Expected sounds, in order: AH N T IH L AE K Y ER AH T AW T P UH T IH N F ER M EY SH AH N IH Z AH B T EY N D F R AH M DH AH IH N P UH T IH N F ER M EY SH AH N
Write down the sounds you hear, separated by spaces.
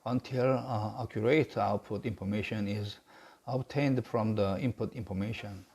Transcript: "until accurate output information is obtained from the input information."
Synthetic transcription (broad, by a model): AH N T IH L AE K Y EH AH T AW T P UH T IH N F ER M EY SH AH N IH Z AH B T EY N D F R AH M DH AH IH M P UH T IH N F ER M EY SH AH N